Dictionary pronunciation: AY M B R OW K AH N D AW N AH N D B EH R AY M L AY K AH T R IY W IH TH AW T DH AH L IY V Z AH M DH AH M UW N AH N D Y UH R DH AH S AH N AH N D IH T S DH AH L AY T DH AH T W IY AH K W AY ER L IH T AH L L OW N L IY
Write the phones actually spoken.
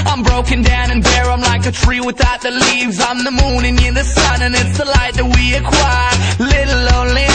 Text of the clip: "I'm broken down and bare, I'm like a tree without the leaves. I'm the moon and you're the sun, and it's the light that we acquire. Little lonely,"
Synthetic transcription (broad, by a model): AY M B R OW K AH N D AW N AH N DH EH R AY M L AY K AH T R IY W IH TH AW T DH AH L IY V Z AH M DH AH M UW N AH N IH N DH AH S AH N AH N IH T S DH AH L AY T DH AH T W IY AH K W AY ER L IH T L L OW N L IY